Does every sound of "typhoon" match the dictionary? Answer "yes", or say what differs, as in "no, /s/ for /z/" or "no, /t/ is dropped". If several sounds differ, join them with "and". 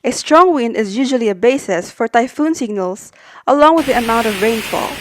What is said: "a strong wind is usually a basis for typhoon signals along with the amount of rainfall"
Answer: yes